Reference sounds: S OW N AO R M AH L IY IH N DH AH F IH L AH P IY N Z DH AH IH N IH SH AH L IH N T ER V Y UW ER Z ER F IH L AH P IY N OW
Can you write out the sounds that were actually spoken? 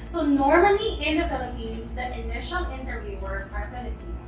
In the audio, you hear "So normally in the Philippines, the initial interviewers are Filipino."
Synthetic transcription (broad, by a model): S OW N AO R M AH L IY IH N DH AH F IH L AH P IY N Z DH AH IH N IH SH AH L IH N T ER V Y UW ER Z ER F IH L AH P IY